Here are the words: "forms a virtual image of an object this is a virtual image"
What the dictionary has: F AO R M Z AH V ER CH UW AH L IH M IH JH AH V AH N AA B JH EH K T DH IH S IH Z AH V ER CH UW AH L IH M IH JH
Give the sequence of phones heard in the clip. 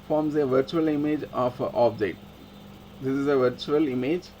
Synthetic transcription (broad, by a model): F AO R M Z AH V ER CH UW AH L IH M IH JH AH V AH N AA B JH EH T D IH S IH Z AH V ER CH UW AH L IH M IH JH